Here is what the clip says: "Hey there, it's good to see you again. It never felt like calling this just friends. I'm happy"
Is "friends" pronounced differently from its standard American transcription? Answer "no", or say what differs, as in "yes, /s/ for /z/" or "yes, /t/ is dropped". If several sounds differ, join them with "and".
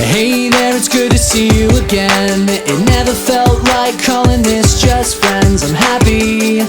no